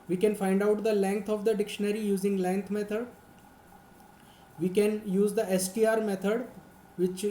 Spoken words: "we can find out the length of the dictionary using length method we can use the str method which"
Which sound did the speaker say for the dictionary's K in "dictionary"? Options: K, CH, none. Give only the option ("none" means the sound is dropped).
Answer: K